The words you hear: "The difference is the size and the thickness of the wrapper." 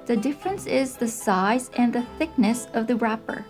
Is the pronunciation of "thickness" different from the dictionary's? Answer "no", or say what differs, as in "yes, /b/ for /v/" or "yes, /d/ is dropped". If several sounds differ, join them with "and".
no